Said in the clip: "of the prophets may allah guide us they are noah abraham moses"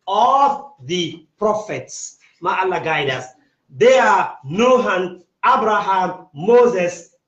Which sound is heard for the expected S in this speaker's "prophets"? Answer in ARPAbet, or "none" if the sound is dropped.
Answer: S